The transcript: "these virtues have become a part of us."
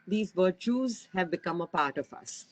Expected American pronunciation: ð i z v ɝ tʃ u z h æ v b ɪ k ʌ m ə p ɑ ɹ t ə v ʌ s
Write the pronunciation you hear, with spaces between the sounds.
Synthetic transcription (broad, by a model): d i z v ɝ tʃ u z h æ v b ɪ k ʌ m ə p ɑ ɹ t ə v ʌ s